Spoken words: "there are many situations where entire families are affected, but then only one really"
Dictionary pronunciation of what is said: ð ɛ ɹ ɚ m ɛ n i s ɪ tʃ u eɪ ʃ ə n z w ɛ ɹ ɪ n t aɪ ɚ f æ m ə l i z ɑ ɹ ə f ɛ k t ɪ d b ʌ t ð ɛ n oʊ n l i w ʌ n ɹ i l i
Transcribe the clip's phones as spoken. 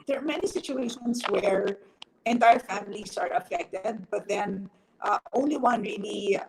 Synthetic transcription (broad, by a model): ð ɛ ɹ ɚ m ɛ n i s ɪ tʃ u eɪ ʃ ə n s w ɛ ɹ ɪ n t aɪ ɚ f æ m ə l i s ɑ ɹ ə f ɛ k t ɪ d b ʌ t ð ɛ n oʊ n l i w ʌ n ɹ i l i